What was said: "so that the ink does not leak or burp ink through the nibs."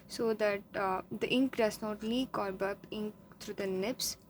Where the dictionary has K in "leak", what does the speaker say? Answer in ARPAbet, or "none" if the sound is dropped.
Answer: K